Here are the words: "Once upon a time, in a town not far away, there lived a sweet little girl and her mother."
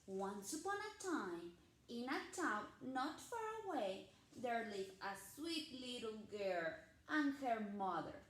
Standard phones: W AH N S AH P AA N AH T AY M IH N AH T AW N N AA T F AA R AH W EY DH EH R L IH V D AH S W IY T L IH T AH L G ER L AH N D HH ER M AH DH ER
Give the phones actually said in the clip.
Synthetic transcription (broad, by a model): W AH N S AH P AA N AH T AY M IH N AH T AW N N AA T F AA R AH W EY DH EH R L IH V AH S W IY T L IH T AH L G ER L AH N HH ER M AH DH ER